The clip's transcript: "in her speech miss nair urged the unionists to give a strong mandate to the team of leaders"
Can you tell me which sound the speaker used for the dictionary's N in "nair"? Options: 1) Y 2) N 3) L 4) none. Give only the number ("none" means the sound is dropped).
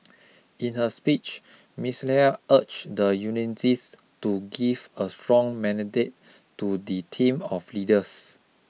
3